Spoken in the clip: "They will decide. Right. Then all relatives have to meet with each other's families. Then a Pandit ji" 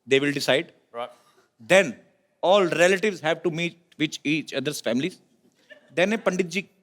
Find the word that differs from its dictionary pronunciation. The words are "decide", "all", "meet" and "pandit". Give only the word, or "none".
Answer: none